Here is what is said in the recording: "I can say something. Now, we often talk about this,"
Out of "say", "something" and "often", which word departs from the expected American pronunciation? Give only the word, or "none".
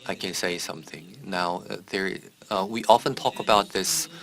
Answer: none